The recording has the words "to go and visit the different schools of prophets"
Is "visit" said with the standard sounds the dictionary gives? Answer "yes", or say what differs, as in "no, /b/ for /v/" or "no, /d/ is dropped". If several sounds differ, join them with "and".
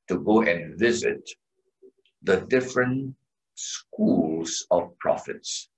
yes